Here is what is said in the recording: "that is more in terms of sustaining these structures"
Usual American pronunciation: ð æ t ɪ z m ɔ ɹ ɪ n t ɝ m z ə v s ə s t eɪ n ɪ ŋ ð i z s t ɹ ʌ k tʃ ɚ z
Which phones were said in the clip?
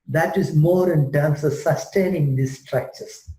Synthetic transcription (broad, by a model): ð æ t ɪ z m ɔ ɹ ɪ n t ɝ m s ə s ə s t eɪ n ɪ ŋ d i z s t ɹ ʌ k tʃ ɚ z